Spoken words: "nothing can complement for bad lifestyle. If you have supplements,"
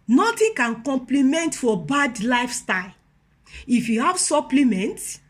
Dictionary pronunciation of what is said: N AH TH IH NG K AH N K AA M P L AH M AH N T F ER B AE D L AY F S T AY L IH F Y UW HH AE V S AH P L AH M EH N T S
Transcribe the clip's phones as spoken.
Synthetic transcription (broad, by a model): N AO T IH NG K AH N K AA M P L AH M AH N T F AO B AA D L AY F S T AY L IH F Y UW HH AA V S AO P L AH M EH N T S